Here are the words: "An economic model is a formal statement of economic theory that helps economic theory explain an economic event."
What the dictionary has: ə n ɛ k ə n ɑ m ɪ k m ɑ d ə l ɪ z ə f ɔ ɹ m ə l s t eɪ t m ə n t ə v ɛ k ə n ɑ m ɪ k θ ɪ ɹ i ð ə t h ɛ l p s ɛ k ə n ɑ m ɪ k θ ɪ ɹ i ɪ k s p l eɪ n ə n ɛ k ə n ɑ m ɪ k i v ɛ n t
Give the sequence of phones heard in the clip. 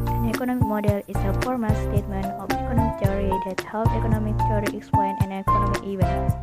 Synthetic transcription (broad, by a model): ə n ɛ k ə n ɑ m ɪ k m ɑ d ə l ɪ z ə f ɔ ɹ m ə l s t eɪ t m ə n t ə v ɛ k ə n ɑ m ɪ k t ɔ ɹ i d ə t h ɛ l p ɛ k ə n ɑ m ɪ k t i ɹ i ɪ k s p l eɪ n ə n ɛ k ə n ɑ m ɪ k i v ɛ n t